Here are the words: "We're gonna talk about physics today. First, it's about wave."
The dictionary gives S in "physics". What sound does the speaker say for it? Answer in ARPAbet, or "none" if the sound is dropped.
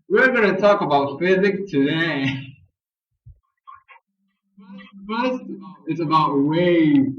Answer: none